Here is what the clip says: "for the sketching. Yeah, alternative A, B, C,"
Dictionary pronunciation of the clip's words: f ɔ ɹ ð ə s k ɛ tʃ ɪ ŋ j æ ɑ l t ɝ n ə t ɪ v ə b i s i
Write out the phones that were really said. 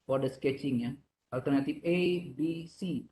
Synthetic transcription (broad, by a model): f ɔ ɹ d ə s k ɛ tʃ ɪ ŋ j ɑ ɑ l t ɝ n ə t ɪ f ə b i s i